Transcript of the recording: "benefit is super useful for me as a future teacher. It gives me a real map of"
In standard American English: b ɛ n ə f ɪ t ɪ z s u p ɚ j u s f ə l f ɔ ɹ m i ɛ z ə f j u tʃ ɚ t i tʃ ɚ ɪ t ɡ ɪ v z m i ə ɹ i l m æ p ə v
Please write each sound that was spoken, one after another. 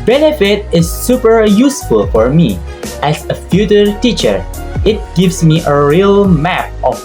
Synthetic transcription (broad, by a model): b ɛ n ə f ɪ t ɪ s u p ɚ j u s f ə l f ɔ ɹ m i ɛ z ə f j u tʃ ɚ t i tʃ ɚ ɪ t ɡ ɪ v s m i ə ɹ i l m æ p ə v